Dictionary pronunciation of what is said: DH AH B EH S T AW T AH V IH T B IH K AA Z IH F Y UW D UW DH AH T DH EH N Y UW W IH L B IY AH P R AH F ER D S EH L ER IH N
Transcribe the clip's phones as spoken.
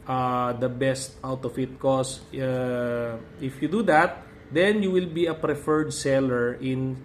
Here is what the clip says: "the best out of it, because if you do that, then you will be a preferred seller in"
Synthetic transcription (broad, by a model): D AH B EH S T AW T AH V IH T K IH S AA IH F Y UW D UW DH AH T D EH N Y UW W IH L B IY AH P R AH F ER D S EH L ER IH N